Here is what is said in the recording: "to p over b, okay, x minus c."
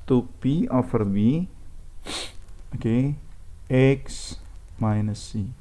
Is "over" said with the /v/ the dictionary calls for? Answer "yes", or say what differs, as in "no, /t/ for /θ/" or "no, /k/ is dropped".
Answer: no, /f/ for /v/